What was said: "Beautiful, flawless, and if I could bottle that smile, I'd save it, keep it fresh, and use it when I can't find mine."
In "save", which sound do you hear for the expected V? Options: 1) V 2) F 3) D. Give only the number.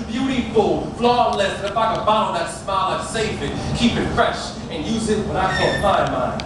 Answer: 2